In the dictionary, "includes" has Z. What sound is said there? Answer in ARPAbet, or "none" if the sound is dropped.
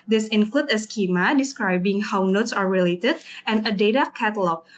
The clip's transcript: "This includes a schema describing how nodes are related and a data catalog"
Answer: none